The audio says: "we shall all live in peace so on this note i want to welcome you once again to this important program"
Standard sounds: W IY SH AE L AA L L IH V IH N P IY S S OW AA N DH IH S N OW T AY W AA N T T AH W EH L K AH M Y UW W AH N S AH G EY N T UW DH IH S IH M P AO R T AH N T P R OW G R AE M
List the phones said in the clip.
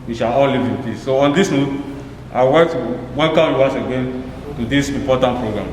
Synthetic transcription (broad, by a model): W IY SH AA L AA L L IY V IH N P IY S S OW AA N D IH S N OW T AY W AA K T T W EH N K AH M Y UW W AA S AH G EY N T UW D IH S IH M P AO T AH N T P R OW G R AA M